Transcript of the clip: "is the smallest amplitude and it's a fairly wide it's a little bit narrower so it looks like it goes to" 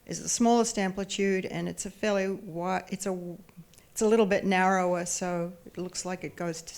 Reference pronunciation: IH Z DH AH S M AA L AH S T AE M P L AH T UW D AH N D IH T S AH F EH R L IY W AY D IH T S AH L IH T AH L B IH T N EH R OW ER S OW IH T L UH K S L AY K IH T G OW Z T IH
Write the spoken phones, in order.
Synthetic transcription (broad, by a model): IH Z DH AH S M AA L AH S T AE M P L AH T UW D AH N IH T S AH F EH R L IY W AY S IH T S AH L IH T L B IH T N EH R OW ER S OW IH T L UH K S L AY K IH T G OW Z T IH